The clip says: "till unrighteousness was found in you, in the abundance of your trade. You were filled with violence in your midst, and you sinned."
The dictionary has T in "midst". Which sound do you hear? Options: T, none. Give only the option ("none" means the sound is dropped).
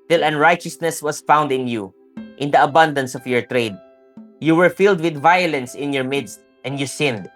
T